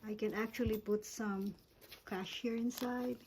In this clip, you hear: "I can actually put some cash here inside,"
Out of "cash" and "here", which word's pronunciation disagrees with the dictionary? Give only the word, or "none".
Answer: none